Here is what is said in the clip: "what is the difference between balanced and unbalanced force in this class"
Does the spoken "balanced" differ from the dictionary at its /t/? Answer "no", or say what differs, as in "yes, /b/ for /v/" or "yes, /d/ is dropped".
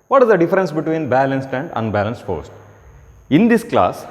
no